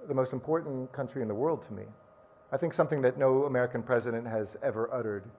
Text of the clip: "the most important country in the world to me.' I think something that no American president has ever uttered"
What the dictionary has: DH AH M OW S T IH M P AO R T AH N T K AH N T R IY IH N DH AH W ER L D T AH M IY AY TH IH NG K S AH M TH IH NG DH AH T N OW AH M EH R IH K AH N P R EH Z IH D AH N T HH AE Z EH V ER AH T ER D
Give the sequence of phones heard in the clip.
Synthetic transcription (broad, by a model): DH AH M OW S T M P AO R T N K AH N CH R IY IH N DH AH W ER L D T AH M IY AY TH IH NG K S AH M TH IH NG DH AH T N OW AH M EH R IH K AH N P R EH Z IH D AH N T HH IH Z EH V ER AH T ER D